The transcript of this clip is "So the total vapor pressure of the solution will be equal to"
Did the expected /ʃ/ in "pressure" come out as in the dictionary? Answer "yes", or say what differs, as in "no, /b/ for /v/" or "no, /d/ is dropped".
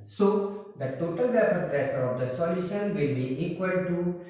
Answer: no, /s/ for /ʃ/